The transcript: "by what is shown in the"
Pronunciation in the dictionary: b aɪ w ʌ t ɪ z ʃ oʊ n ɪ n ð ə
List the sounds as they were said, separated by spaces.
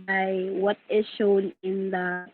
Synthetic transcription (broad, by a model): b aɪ w ʌ t ɪ z ʃ oʊ n ɪ n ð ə